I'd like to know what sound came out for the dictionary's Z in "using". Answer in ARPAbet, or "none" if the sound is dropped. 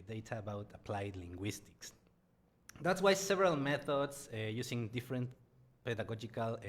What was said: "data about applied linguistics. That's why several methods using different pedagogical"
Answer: S